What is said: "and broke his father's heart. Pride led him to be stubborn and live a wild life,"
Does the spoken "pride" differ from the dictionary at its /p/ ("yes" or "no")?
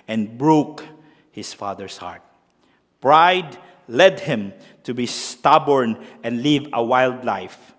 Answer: no